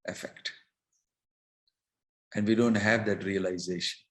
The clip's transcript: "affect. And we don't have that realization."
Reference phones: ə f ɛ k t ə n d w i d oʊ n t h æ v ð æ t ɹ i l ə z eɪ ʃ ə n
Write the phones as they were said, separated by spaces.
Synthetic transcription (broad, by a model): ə f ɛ k t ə n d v i d oʊ n t h æ v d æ t ɹ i l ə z eɪ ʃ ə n